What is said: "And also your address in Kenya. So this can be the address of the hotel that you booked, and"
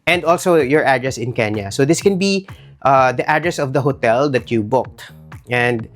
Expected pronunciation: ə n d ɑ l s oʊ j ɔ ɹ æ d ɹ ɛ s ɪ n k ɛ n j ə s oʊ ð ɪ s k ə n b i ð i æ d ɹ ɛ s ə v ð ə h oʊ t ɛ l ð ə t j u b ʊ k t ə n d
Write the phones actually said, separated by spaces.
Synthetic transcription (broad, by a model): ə n d ɑ l s oʊ j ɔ ɹ æ d ɹ ɛ s ɪ n k ɛ n j ə s oʊ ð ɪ s k ə n b i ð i æ d ɹ ɛ s ə v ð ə h oʊ t ɛ l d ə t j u b ʊ k t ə n d